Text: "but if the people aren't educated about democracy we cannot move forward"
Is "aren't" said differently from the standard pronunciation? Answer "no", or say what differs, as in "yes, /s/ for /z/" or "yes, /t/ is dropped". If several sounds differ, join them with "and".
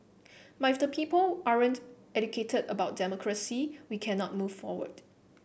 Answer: no